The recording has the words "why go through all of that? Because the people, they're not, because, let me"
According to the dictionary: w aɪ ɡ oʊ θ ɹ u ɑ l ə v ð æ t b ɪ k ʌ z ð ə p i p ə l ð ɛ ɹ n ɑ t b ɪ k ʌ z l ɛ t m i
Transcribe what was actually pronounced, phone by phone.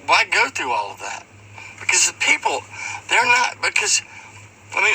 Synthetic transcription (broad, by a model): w aɪ ɡ oʊ θ ɹ u ɑ l ə v ð æ t b ɪ k ʌ z p i p l ð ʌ ɹ n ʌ t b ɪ k ʌ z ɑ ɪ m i